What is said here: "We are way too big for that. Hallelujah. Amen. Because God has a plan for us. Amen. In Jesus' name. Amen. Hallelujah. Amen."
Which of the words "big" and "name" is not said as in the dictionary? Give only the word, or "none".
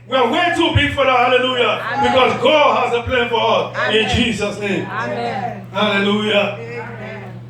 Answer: name